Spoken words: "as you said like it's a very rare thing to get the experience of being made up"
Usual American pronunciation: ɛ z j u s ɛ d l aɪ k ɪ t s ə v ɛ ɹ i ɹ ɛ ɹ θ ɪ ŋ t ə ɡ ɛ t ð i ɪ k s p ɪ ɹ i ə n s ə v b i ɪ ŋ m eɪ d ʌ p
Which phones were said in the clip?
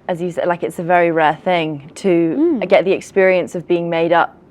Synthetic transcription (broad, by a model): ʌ z j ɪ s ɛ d l aɪ k ɪ t s ə v ɛ ɹ i ɹ ɛ θ ɪ ŋ t ə ɡ ɛ t ð i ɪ k s p ɪ ɹ i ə n s ə v b i ɪ ŋ m eɪ d ʌ p